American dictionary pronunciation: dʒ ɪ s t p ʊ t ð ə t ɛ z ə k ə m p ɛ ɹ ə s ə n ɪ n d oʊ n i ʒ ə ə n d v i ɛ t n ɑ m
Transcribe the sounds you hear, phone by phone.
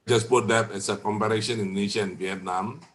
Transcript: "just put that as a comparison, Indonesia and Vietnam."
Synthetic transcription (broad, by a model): dʒ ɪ s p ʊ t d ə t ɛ s ə k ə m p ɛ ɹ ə ʃ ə n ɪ n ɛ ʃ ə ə n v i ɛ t n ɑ m